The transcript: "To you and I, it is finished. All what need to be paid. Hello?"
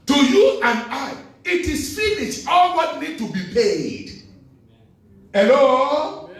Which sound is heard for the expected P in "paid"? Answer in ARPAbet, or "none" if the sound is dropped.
P